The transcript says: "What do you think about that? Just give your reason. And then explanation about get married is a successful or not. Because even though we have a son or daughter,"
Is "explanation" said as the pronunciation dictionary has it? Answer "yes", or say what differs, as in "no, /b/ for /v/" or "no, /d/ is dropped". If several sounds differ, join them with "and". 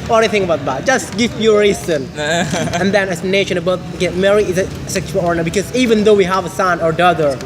no, /k/ is dropped